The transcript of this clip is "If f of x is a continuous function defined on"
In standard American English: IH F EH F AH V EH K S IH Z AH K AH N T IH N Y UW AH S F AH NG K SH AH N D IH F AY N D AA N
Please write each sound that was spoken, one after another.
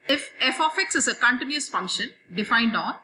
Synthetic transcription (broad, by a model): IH F EH F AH F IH K S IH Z AH K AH N T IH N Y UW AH S F AH NG K SH AH N D IH F AY N D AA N